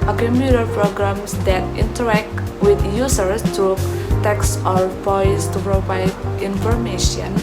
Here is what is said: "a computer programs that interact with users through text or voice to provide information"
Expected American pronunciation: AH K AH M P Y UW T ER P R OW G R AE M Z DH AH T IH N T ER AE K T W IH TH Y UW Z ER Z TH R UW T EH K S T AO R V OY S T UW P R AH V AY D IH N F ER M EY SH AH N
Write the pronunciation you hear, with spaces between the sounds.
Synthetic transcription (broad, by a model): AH K AH M P Y UW T ER P R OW G R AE M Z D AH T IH N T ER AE K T W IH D Y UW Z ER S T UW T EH K S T AO R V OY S T UW P R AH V AY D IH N F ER M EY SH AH N